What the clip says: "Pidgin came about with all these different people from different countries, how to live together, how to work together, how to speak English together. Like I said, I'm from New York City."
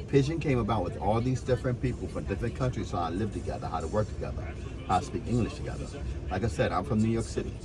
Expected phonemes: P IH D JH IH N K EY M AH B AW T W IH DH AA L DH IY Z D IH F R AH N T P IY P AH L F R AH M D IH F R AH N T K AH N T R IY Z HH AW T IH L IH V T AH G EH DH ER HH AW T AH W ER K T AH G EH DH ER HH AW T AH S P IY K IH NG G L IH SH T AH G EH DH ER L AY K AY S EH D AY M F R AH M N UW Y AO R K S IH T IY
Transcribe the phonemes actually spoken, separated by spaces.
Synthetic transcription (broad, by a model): P IH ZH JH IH N K EY M AH B AW T W IH DH AA L DH IY Z D IH F R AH N P IY P L F R AH M D IH F R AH N K AH N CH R IY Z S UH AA IH L IH V T AH G EH DH ER HH AW T AH W ER K T AH G EH DH ER HH AW T AH S P IY K IH NG G L IH SH T AH G EH DH ER L AY K AY S EH D AY M F R AH M N UW Y AO R K S IH T IY